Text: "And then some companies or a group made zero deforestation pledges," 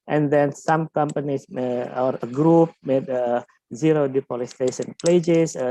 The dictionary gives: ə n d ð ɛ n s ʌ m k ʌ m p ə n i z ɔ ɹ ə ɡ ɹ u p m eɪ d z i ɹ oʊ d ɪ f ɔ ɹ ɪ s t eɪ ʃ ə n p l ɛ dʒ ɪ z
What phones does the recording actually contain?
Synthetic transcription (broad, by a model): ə n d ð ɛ n s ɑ m k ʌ m p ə n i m ɔ ɹ ə ɡ ɹ u p m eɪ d z i ɹ oʊ d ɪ p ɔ l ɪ s t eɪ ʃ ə n p l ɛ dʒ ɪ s